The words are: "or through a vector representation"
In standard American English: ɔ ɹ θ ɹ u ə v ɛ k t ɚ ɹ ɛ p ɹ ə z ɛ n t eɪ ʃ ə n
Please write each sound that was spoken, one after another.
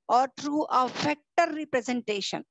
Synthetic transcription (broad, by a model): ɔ ɹ t ɹ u ə f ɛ k t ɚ ɹ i p ɹ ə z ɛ n t eɪ ʃ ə n